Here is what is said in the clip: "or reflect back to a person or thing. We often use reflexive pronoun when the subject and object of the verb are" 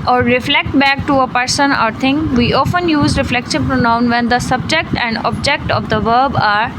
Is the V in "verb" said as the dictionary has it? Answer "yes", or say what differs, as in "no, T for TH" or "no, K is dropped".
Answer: yes